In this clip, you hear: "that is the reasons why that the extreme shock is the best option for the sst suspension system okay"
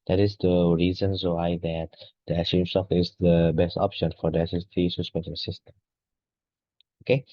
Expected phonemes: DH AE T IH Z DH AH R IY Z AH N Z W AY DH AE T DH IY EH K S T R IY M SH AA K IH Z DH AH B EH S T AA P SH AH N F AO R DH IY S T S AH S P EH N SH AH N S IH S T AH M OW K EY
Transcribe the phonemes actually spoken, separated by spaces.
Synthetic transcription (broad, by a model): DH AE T IH Z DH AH R IY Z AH N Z W AY DH AE T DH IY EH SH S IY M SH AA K IH Z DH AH B EH S T AA P SH AH N F AO R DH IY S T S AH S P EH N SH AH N S IH S T AH M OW K EY